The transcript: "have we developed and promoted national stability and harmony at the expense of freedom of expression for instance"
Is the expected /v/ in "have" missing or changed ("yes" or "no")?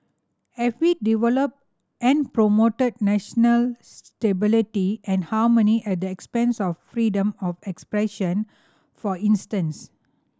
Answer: yes